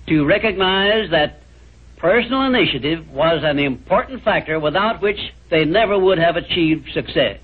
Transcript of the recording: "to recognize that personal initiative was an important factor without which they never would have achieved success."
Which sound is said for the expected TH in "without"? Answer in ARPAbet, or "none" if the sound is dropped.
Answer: TH